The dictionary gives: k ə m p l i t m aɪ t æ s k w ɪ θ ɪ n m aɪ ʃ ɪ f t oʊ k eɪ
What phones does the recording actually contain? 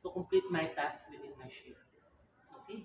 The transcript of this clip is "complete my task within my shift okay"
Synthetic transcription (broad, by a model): k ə m p l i t m aɪ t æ s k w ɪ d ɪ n m aɪ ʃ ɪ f oʊ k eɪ